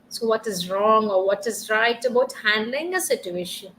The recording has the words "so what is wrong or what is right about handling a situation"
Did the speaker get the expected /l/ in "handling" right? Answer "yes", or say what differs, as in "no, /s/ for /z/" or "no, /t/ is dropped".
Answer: yes